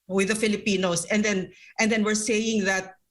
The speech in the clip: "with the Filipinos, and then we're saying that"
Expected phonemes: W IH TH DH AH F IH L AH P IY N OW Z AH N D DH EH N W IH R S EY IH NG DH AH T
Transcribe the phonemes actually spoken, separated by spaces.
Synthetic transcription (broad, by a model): W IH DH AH F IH L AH P IY N OW S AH N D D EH N W IH R S EY IH NG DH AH T